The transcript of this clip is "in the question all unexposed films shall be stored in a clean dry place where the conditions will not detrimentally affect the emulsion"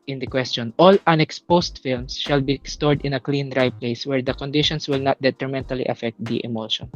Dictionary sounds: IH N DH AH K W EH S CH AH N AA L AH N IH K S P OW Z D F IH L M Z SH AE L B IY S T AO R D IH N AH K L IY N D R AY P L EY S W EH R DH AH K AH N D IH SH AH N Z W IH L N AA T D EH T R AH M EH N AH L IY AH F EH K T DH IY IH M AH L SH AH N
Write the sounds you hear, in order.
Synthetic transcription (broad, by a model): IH N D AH K W EH S CH AH N AA L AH N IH K S P OW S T F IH L M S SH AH L B IY S T AO R D IH N AH K L IY N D R AY P L EY S W EH R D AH K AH N D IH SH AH N S W IH L N AA T D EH T R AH M EH N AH L IY AH F EH K T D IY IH M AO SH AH N